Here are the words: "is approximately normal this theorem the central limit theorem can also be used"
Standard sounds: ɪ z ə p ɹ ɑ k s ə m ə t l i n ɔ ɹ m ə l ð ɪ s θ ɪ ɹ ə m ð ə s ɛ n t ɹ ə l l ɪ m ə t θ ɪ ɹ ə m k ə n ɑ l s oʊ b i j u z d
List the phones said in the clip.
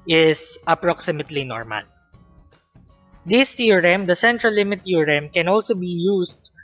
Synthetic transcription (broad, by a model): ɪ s ə p ɹ ɑ k s ə m ə t l i n ɔ ɹ m ə l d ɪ s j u ɹ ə m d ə s ɛ n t ɹ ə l l ɪ m ə t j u ɹ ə m k ə n ɑ l s oʊ b i j u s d